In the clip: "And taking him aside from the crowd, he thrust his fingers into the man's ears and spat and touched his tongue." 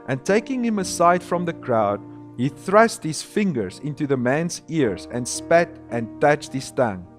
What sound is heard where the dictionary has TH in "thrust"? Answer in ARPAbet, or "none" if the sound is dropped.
TH